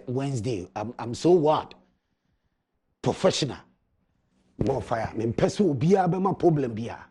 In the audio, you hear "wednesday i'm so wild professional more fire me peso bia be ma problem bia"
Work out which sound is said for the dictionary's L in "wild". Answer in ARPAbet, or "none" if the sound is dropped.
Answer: none